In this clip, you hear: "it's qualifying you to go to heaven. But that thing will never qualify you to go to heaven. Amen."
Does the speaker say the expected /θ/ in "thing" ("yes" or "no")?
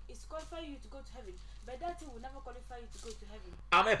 no